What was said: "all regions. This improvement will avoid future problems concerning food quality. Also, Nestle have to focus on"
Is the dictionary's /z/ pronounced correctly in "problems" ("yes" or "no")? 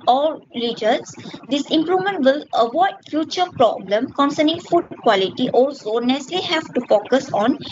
no